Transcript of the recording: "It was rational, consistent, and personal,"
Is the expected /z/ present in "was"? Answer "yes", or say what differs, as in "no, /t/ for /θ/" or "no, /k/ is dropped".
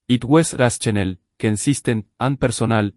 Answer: no, /s/ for /z/